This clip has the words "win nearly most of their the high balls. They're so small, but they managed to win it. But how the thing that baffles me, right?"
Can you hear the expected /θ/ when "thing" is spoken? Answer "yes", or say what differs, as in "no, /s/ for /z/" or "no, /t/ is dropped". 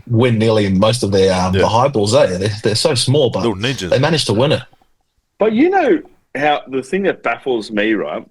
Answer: yes